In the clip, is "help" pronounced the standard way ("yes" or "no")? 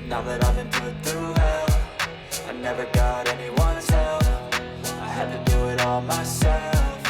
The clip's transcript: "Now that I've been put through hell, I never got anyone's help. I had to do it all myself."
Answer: no